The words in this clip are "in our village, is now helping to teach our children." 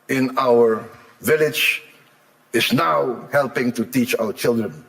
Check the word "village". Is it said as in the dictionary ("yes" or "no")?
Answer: yes